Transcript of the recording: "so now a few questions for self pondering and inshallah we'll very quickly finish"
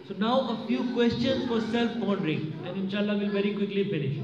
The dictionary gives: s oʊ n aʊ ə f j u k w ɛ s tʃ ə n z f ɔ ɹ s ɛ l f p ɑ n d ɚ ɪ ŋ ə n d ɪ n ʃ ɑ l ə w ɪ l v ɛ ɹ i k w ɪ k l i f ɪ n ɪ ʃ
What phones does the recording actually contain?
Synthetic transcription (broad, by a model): s oʊ n aʊ ə f j u k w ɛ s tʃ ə n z f ɔ ɹ s ɛ l f b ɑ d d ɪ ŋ ə n d ɪ n ʃ ɑ l ə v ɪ l v ɛ ɹ i k w ɪ k l i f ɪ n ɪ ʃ